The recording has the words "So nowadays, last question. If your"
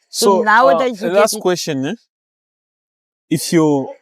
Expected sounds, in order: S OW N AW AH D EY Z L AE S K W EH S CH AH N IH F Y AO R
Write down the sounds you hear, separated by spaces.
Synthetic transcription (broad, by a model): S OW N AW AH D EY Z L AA S K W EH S SH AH N IH F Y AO